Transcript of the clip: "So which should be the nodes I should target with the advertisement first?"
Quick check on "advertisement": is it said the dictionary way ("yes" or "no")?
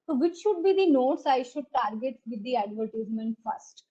yes